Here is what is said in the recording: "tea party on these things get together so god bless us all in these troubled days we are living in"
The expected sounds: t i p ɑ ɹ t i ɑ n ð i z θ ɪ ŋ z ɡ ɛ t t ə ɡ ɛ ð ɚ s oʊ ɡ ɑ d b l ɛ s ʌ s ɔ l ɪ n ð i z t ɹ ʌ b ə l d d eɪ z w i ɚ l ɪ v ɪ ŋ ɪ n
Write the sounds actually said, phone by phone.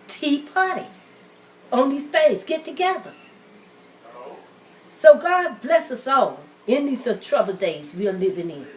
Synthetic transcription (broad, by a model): t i p ɑ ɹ t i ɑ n ð i z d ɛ z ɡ ɛ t t ə ɡ ɛ ð ɚ s oʊ ɡ ɑ d b l ɛ s ʌ s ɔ l ɪ n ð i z t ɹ ʌ b l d d eɪ z w i ɚ l ɪ v ɪ ŋ ɪ n